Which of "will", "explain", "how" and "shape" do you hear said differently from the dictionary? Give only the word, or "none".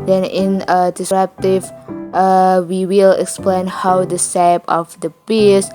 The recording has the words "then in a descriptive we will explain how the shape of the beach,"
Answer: shape